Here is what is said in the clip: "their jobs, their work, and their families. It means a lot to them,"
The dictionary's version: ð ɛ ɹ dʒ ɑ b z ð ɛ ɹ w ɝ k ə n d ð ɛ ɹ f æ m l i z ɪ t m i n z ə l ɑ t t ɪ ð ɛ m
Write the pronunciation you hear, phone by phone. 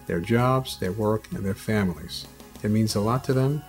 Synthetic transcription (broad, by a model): ð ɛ ɹ dʒ ɑ b z ð ɛ ɹ w ɝ k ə n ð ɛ ɹ f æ m l i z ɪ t m i n z ə l ɑ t t ɪ ð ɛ m